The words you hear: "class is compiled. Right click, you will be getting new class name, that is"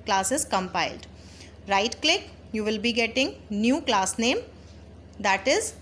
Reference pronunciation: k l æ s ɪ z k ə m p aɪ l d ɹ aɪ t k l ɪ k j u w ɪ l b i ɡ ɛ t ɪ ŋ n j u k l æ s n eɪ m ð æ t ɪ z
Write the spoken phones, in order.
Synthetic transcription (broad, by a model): k l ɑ s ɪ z k ə m p aɪ l d ɹ aɪ t k l ɪ k j u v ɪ l b i ɡ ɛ t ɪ ŋ n j u k l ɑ s n eɪ m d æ t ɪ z